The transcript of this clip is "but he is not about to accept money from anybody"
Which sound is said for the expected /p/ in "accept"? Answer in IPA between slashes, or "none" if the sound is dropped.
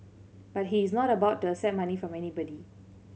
none